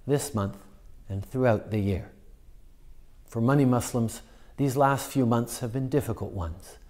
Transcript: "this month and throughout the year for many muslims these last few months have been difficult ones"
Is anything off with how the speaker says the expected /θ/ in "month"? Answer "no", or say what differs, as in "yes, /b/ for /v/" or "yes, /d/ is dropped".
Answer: no